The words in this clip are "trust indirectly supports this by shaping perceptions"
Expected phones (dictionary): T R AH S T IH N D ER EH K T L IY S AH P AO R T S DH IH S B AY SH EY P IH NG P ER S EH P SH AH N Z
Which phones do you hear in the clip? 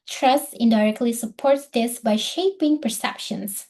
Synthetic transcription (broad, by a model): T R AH S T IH N D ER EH K T L IY S AH P AO R T S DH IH S B AY SH EY P IH NG P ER S EH P SH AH N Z